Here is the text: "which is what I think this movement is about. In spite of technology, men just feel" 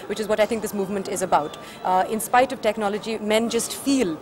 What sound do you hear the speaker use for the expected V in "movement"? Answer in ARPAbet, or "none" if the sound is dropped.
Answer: V